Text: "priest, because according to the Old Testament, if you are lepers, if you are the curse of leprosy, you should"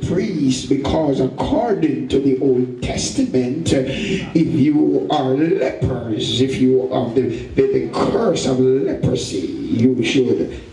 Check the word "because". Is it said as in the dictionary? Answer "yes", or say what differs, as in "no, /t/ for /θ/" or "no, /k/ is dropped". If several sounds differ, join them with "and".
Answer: yes